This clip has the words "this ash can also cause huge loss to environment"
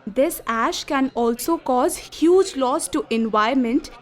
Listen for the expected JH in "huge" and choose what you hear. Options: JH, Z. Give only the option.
JH